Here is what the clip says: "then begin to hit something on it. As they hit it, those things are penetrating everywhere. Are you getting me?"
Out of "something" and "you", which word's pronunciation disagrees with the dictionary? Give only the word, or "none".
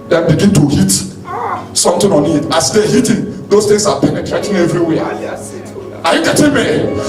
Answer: something